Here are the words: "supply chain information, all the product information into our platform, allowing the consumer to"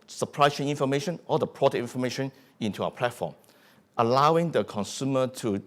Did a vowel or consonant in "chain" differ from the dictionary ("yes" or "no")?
yes